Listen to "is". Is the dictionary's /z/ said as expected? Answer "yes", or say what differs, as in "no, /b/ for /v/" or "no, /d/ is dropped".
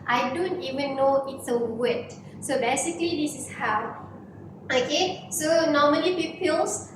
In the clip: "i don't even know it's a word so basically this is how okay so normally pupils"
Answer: no, /s/ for /z/